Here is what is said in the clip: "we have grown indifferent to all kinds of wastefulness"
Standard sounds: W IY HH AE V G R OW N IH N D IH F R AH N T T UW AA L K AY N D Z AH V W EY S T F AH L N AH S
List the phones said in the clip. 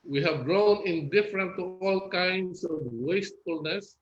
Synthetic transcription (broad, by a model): W IY HH AE V G R OW N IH N D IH F R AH N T T UW AA L K AY N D S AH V W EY S T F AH L N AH S